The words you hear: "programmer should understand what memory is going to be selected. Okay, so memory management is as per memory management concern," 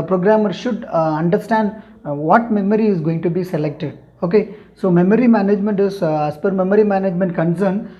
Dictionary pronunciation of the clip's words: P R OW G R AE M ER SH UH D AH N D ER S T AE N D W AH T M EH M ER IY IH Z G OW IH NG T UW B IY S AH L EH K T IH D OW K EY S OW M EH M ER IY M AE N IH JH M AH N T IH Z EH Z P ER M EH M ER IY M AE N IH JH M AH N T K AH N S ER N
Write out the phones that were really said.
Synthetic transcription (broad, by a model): P R OW G R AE M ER SH UH D AH N D ER S T AE N D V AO T M EH M ER IY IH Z G OW IH NG T UW B IY S AH L EH K T IH D OW K EY S OW M EH M ER IY M AE N IH JH M AH N T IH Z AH S P ER M EH M ER IY M AE N IH JH M AH N T K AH N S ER N